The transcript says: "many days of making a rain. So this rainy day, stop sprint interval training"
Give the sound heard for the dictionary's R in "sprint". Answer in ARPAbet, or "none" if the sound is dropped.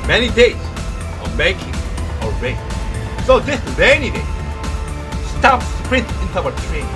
R